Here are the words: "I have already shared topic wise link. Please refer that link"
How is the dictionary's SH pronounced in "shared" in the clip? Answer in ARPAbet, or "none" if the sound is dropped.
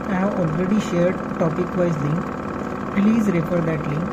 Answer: SH